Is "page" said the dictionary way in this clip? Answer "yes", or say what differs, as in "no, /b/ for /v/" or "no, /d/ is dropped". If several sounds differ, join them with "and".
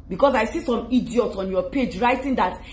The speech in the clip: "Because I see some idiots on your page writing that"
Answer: yes